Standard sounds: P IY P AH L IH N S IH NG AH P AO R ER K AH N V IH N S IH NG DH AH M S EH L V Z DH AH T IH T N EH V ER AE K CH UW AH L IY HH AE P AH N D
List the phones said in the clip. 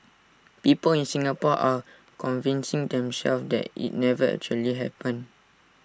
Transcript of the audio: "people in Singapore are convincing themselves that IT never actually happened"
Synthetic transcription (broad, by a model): P IY P AH L IH N S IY NG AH P AO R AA K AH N V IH N S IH NG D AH M S EH L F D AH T IH T N EH V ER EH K CH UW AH L IY HH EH P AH N